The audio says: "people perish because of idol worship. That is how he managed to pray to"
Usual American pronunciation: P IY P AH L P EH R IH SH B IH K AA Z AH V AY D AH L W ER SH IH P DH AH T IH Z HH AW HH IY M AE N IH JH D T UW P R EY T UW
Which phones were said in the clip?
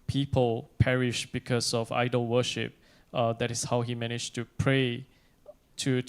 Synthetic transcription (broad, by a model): P IY P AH L P EH R IH SH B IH K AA S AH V AY D AH L W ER SH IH P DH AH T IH S HH AW HH IY M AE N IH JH T UW P R EY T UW